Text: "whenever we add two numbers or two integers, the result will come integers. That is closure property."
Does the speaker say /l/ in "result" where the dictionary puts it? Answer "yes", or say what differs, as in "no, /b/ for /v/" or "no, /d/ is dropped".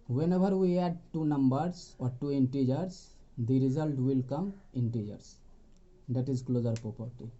yes